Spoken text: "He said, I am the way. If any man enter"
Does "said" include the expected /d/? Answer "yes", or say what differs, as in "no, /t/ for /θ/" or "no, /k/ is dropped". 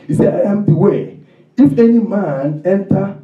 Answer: no, /d/ is dropped